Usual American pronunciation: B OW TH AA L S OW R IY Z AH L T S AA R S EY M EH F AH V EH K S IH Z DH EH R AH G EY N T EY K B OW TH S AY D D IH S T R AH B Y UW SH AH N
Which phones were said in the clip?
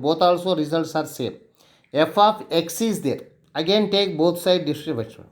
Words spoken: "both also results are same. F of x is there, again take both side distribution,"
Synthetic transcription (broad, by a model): B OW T AA L S OW R IY Z AH L T S AA R S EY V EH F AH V EH K S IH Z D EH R AH G EY N T EY K B OW T S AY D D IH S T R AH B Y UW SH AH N